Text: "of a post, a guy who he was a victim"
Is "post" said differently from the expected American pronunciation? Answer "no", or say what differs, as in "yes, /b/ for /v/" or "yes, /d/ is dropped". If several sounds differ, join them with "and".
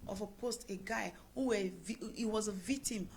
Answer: no